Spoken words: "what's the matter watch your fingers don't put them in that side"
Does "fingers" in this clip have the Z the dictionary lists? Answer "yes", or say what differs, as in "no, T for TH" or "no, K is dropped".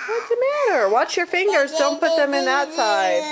yes